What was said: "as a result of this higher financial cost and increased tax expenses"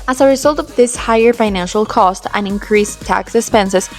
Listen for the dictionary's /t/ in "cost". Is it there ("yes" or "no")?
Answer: yes